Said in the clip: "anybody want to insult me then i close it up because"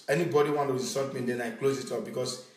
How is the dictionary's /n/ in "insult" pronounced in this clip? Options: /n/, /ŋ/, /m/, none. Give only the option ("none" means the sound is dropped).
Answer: none